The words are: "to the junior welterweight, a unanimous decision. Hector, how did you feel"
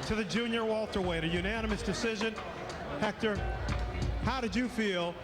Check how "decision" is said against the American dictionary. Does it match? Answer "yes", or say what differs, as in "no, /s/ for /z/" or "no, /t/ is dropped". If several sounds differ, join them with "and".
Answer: yes